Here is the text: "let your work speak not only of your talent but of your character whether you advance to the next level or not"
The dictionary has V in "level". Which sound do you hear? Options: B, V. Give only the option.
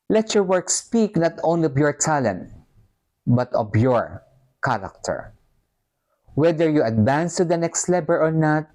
B